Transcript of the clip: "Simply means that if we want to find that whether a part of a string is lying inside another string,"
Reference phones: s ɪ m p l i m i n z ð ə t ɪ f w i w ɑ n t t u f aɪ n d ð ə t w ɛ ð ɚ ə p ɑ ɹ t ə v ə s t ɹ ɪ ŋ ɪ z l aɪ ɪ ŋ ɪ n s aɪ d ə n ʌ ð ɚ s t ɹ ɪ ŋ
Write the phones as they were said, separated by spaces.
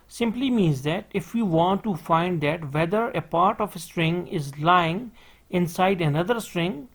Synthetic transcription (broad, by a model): s ɪ m p l i m i n z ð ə t ɪ f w i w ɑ n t t u f aɪ n d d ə t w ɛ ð ɚ ə p ɑ ɹ t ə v ə s t ɹ ɪ ŋ ɪ z l aɪ ɪ ŋ ɪ n s aɪ d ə n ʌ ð ɚ s t ɹ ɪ ŋ